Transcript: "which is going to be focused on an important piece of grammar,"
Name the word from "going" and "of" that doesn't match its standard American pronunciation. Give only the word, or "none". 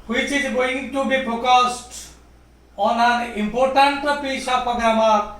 of